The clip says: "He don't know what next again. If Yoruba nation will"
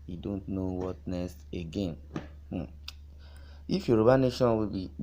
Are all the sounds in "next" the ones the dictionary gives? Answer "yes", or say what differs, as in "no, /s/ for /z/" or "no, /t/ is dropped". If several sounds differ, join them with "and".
no, /k/ is dropped